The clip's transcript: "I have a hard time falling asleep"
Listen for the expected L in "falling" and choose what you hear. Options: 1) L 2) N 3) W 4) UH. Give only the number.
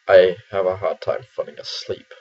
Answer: 2